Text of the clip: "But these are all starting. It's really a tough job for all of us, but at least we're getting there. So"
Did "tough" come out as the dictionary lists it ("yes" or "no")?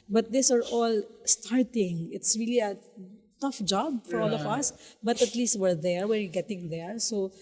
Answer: yes